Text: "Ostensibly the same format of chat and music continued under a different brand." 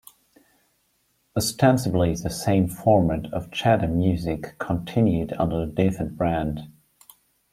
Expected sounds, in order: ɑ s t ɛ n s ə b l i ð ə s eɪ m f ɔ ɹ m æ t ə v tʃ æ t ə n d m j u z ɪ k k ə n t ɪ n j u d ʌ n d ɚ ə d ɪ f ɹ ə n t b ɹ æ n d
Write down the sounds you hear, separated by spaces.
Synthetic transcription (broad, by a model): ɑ s t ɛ n s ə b l i ð ə s eɪ m f ɔ ɹ m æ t ə v tʃ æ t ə m j u z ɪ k k ə n t ɪ n j u d ʌ n d ɚ ə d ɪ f ə n b ɹ æ n d